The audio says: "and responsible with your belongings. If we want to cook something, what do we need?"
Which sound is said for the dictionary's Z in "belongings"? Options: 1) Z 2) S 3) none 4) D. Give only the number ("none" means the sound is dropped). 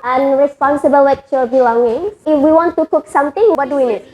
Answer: 3